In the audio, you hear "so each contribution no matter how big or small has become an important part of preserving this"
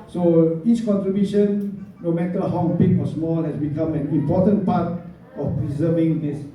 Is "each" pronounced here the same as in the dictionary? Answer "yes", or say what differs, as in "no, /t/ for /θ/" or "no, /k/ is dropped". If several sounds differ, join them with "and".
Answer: no, /s/ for /tʃ/